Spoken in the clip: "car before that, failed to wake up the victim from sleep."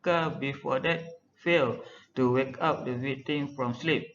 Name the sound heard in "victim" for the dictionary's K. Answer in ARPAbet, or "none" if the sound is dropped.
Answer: none